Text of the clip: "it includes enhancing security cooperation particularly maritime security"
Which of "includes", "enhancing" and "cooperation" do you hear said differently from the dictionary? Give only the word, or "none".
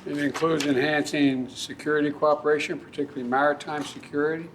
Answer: none